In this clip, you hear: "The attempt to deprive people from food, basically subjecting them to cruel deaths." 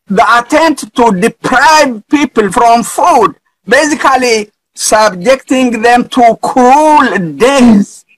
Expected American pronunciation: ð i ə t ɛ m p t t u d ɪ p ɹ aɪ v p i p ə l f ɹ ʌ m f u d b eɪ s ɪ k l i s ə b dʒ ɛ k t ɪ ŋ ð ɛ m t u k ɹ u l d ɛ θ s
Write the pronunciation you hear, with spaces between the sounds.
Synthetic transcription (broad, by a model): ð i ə t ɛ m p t t u d ɪ p ɹ aɪ v p i p ə l f ɹ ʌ m f u d b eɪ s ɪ k l i s ə b dʒ ɛ k t ɪ ŋ ð ɛ m t u k u l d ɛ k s